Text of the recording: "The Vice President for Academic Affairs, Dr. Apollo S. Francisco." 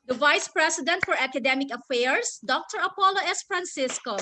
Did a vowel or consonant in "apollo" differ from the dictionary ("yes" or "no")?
no